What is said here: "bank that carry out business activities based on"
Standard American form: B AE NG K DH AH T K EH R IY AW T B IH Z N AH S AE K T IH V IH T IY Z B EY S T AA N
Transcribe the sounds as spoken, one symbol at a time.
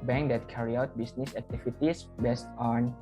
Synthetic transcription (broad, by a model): B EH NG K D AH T K EH R IY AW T B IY S N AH S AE K T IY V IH T IY S B EY S T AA N